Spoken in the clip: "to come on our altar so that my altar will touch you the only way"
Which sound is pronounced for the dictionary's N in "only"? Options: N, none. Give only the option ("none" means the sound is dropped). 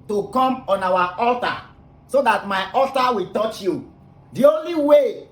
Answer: N